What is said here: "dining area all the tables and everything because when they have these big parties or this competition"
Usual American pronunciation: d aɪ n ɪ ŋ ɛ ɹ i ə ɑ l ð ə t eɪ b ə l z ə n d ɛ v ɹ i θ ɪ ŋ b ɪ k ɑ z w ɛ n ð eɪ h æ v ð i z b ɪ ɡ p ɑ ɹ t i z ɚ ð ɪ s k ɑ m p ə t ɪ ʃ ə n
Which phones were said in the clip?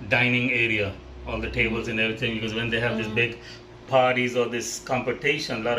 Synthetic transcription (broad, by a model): d aɪ n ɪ ŋ ɛ ɹ i ə ɑ l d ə t eɪ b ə l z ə n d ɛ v ɹ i t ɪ ŋ b ɪ k ɑ z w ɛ n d eɪ h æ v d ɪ s b ɪ ɡ p ɑ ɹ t i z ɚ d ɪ s k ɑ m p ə t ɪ ʃ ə n